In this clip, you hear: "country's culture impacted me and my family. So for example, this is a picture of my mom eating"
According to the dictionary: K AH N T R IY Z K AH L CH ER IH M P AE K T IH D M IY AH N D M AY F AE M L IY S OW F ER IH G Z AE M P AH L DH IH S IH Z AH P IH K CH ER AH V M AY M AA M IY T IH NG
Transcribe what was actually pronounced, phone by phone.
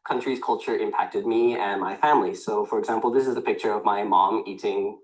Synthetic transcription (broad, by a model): K AH N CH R IY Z K AH L CH ER IH M P AE K T IH D M IY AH N M AY F AE M L IY S OW F ER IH G Z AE M P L DH IH S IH Z AH P IH K CH ER AH V M AY M AA M IY T IH NG